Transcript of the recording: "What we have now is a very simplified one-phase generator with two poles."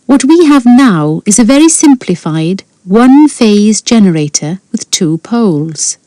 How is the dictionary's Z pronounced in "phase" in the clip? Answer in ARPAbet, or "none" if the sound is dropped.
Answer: Z